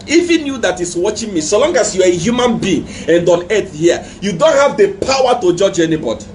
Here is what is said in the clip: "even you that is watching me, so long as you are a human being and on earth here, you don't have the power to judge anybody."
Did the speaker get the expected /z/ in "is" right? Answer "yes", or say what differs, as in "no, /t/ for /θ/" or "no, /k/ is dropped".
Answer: no, /s/ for /z/